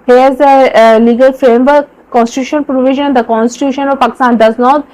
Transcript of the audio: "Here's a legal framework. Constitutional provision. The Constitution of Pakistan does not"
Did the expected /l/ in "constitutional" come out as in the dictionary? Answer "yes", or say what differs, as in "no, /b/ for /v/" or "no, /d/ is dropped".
no, /n/ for /l/